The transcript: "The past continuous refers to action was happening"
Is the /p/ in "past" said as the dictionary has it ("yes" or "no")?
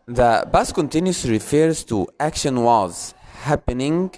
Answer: no